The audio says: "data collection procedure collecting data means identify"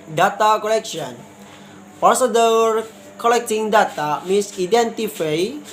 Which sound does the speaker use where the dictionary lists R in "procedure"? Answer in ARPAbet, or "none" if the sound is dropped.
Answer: none